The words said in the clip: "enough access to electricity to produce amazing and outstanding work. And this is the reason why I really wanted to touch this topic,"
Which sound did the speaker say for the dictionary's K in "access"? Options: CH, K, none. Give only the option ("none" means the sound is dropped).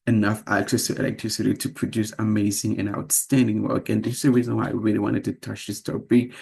K